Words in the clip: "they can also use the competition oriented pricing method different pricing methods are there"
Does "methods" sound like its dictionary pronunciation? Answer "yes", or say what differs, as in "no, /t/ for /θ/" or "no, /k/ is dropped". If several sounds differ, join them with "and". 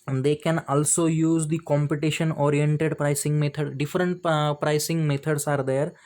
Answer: no, /t/ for /θ/